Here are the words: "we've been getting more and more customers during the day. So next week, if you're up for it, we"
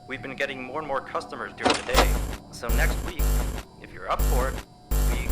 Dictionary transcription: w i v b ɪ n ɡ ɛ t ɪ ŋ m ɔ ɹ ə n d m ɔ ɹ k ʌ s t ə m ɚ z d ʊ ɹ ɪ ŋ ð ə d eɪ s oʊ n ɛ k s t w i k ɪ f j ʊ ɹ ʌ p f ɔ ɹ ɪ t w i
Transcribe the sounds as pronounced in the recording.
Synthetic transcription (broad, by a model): w i v b ɪ n ɡ ɛ t ɪ ŋ m ɔ ɹ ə n m ɔ ɹ k ʌ s t ə m ɚ z d ʊ ɹ ɪ ŋ ð ə d eɪ s oʊ n ɛ k s t w i k ɪ f j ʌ ɹ ʌ p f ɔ ɹ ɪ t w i